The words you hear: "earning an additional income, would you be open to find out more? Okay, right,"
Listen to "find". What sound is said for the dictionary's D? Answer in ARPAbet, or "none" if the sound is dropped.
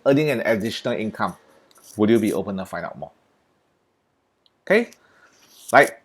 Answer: none